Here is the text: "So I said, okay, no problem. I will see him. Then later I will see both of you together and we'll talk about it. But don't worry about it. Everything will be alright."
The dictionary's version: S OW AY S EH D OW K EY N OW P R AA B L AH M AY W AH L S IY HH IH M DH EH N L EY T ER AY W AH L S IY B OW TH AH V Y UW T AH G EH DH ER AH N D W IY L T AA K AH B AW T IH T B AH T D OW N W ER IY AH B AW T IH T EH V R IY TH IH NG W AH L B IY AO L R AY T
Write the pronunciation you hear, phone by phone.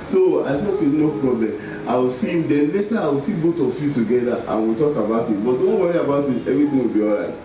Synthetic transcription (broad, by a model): S OW AY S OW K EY N OW P R AA B L AH M AY W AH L S IY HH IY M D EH N L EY T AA AY W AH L S IY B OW T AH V Y UW T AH G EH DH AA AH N W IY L T AA K AH B AW T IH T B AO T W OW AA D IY AH B AW T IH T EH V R IY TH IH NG W AH L B IY AO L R AY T